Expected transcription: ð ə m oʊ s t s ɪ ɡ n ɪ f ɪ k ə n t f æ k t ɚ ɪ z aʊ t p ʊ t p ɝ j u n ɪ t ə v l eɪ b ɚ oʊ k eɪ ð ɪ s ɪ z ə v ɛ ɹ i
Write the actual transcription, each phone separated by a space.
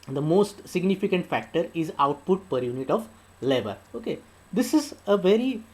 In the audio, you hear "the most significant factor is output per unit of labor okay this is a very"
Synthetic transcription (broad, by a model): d ə m oʊ s t s ɪ ɡ n ɪ f ɪ k ə n t f æ k t ɚ ɪ z aʊ t p ʊ t p ɝ j u n ɪ t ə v l eɪ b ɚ oʊ k eɪ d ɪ s ɪ z ə v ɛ ɹ i